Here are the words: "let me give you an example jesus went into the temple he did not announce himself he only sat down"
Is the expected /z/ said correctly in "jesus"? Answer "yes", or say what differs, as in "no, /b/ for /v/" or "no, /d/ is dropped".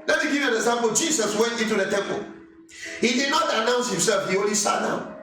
no, /s/ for /z/